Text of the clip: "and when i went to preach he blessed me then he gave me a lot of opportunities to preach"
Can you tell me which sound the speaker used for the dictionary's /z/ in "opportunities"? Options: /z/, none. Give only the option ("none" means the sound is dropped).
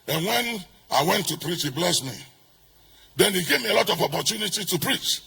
none